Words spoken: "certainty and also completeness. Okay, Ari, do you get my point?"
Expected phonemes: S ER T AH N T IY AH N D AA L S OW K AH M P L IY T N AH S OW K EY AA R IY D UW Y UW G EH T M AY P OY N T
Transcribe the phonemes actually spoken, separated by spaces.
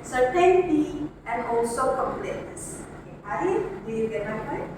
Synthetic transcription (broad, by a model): S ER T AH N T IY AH N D AA L S OW K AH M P L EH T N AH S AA IY D UW Y UW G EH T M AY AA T